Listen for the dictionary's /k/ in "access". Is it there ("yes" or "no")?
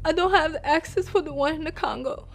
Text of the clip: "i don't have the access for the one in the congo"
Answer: yes